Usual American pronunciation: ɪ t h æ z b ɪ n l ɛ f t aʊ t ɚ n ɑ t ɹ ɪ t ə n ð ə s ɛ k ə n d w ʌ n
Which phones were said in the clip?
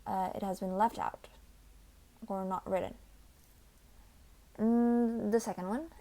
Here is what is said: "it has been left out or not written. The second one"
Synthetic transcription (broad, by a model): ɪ t h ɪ z b ɪ n l ɛ f t aʊ t ɚ n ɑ t ɹ ɪ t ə n ð ə s ɛ k ə n d w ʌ n